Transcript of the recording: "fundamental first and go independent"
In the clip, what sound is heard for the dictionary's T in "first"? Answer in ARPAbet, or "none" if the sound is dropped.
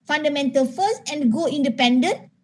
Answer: none